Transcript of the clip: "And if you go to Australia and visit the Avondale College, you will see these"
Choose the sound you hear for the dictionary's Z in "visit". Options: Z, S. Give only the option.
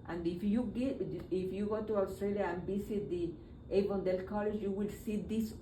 S